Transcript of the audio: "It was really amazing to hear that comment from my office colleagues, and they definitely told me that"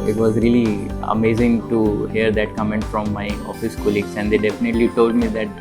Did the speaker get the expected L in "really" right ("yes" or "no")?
yes